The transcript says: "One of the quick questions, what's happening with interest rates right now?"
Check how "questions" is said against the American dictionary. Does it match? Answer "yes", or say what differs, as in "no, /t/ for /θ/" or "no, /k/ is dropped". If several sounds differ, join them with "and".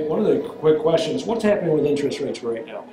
yes